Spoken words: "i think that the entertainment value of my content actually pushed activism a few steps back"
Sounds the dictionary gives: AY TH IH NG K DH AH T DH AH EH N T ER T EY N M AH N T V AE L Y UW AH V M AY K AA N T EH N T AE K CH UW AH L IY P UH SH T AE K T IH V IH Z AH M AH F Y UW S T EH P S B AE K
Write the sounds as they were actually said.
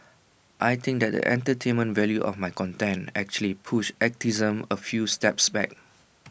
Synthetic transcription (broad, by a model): AY T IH NG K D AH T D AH EH N T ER T EY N M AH N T V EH L Y UW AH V M AY K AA N T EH N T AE K CH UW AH L IY P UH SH EH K T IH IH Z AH M AH F Y UW S T EH P S B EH K